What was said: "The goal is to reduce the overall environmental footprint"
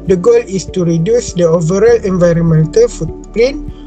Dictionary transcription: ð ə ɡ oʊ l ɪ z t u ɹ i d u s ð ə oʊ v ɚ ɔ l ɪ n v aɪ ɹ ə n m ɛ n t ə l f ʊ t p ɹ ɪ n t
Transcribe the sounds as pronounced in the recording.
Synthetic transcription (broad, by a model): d ə ɡ oʊ l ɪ s t u ɹ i d u s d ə oʊ v ɚ ɔ l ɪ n v aɪ ɹ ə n m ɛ n t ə l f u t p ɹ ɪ n